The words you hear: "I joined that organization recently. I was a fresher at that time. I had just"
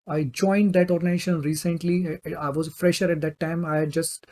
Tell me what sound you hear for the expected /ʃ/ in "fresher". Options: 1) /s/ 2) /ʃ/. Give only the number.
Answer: 2